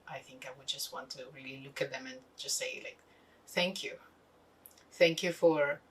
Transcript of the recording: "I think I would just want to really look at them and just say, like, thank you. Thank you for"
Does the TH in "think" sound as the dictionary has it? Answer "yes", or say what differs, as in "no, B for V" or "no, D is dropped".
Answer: yes